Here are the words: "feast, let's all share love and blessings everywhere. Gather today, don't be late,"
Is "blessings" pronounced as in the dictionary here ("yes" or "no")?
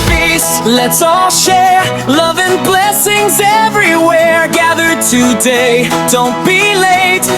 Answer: yes